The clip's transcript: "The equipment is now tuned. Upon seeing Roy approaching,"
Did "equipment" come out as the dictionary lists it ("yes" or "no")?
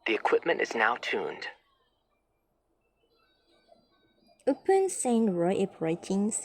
yes